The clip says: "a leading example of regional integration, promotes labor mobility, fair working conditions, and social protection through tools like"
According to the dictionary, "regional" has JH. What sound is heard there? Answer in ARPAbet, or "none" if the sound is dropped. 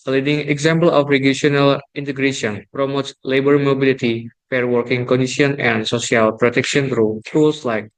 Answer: SH